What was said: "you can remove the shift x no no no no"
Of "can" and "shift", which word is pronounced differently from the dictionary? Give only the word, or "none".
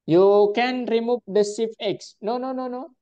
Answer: shift